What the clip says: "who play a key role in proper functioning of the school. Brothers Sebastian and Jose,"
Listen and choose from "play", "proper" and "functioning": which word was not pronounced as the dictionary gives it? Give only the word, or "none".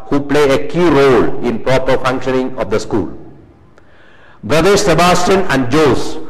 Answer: none